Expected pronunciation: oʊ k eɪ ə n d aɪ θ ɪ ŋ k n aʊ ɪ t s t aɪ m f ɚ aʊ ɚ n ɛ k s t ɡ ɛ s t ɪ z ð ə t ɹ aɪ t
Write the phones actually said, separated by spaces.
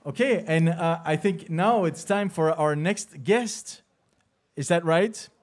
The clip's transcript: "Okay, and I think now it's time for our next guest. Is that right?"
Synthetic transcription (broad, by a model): oʊ k eɪ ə n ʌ aɪ θ ɪ ŋ k n aʊ ɪ t s t aɪ m f ɚ aʊ ɚ n ɛ k s t ɡ ɛ s t ɪ z ð ə t ɹ aɪ t